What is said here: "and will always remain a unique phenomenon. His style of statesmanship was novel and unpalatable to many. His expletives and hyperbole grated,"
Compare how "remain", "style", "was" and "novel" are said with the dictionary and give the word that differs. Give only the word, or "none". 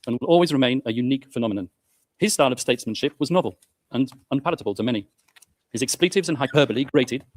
none